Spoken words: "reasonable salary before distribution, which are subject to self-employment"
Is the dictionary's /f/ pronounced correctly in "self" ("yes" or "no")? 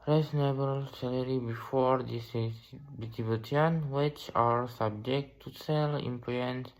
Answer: no